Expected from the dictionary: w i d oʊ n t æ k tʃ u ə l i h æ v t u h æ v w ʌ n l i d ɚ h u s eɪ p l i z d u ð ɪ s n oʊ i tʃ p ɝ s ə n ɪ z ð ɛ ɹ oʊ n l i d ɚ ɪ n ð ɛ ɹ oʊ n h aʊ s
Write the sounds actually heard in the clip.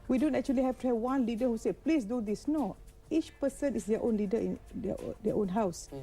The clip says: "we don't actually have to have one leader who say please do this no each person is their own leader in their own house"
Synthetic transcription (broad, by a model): w i d oʊ n t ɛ k tʃ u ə l i h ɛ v t u h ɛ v w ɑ n l i d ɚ h u s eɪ p l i s d u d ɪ s n oʊ i tʃ p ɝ s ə n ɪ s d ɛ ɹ oʊ n l i d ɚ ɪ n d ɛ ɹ oʊ n h aʊ s